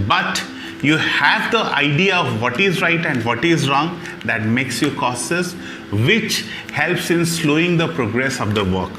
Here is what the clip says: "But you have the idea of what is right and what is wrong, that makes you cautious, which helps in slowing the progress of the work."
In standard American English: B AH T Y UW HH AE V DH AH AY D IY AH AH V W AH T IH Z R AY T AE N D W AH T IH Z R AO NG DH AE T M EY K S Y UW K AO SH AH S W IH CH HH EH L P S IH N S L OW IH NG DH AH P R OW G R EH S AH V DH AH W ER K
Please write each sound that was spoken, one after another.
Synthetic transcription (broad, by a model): B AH T Y UW HH AE V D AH AY D IY AH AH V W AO T IH Z R AY T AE N D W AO T IH Z R AO NG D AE T M EY K S Y UW K AO S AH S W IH CH HH EH L P S IH N S L OW IH NG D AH P R OW G R EH S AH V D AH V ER K